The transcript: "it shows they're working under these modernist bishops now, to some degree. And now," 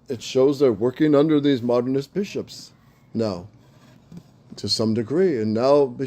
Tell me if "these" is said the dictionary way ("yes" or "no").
yes